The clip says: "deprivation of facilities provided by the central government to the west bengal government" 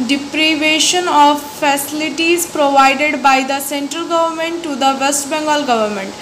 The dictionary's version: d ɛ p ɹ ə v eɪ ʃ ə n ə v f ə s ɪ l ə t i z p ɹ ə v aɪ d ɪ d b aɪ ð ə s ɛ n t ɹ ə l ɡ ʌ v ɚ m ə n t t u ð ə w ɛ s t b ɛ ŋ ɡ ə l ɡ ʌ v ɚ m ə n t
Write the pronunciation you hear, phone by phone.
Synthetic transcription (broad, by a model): d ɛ p ɹ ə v eɪ ʃ ə n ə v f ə s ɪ l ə t i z p ɹ ə v aɪ d ɪ d b aɪ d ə s ɛ n t ɹ ə l ɡ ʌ v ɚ m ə n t t u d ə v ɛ s t b ɛ ŋ ɡ ə l ɡ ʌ v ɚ m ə n t